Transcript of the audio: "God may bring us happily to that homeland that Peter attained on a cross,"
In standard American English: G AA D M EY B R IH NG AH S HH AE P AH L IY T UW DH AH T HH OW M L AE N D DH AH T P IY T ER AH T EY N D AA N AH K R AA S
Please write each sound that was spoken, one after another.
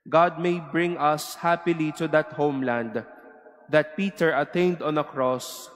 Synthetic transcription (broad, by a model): G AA D M EY B R IH NG AH S HH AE P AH L IY T UW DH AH T HH OW M L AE N D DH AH T P IY T ER AH T EY N D AA N AH K R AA S